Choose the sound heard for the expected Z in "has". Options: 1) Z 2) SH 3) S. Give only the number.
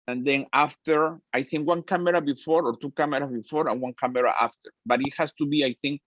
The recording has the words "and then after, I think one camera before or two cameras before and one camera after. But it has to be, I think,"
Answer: 3